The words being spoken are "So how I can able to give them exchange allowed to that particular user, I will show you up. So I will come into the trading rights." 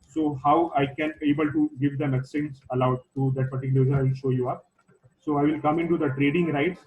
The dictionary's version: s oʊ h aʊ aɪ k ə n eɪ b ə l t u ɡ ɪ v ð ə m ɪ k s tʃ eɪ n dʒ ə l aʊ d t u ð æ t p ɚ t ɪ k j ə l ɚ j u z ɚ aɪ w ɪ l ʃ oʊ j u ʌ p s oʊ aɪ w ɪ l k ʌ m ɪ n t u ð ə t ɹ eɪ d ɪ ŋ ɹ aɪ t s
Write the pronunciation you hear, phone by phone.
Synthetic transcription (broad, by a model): s oʊ h aʊ aɪ k ə n eɪ b ə l t u ɡ ɪ v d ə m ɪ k s eɪ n z ə l aʊ d t u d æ t p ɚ t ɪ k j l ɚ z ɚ aɪ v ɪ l ʃ oʊ j u ʌ p s oʊ aɪ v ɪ l k ʌ m ɪ n t u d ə t ɹ eɪ d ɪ ŋ ɹ aɪ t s